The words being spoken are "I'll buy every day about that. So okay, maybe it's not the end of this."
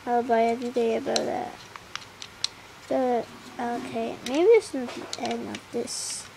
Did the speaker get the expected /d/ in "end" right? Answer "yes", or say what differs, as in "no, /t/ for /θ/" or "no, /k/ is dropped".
no, /d/ is dropped